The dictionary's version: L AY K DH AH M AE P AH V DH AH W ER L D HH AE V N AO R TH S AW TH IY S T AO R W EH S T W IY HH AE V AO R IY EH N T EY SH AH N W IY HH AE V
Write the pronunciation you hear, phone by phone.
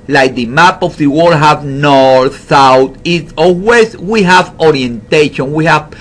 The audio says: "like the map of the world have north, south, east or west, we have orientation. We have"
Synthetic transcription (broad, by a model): L AY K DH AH M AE P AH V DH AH W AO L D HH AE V N AO R TH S AW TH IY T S AO L W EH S W IY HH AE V AO R IY EH N T EY SH AH N W IY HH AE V